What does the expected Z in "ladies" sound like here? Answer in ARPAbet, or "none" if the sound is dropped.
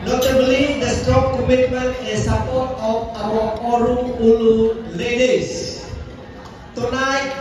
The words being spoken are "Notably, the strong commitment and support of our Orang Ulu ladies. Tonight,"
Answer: S